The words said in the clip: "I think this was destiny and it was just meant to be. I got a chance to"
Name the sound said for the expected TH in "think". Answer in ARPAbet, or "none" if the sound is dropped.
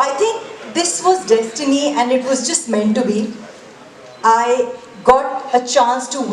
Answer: T